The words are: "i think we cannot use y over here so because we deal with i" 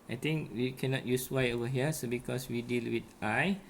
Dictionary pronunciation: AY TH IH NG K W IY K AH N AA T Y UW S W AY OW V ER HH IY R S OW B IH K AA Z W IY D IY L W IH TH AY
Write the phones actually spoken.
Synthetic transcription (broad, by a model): AY T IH NG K W IY K AH N AA T Y UW S W AY OW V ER HH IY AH S OW B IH K AA S W IY D IY L W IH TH AY